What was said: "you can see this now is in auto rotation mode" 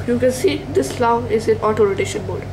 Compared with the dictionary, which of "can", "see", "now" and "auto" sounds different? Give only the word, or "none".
now